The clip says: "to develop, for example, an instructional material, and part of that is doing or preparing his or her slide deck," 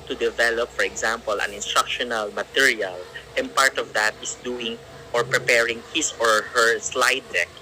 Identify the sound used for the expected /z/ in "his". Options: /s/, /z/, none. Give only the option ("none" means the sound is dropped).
/s/